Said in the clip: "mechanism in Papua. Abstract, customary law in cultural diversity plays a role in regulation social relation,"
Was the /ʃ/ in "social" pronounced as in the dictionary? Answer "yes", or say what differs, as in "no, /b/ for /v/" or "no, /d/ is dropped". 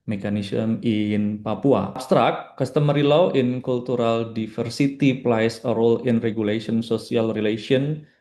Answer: no, /s/ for /ʃ/